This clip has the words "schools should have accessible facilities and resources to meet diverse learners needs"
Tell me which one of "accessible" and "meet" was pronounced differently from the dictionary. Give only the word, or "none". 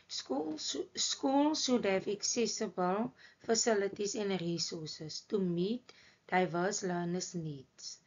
none